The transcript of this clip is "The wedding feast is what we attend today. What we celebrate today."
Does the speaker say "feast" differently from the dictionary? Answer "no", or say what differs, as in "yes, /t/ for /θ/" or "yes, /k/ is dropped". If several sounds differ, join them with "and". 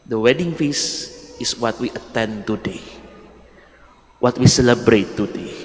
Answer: yes, /t/ is dropped